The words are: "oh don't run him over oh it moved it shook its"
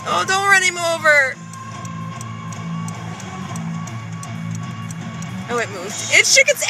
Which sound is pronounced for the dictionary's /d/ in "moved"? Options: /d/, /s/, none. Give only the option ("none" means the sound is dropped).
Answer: none